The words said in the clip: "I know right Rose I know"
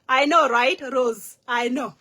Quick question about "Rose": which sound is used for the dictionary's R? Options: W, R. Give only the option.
R